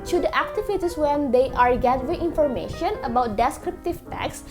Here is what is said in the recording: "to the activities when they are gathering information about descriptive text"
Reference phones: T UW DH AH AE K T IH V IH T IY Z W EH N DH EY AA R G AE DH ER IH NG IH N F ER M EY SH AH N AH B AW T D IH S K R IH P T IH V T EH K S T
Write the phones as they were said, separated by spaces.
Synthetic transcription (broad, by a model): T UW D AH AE K T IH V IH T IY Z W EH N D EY AA R G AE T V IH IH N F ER M EY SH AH N AH B AW T D IH S K R IH P T IH V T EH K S